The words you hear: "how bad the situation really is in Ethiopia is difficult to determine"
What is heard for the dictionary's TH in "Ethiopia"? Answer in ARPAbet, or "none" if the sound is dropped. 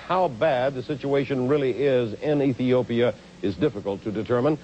TH